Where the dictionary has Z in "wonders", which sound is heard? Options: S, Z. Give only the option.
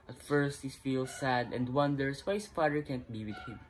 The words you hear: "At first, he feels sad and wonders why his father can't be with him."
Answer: S